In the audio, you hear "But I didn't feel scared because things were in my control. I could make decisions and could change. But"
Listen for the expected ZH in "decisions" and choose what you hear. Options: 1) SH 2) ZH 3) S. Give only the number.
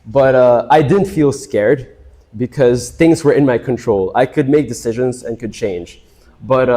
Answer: 2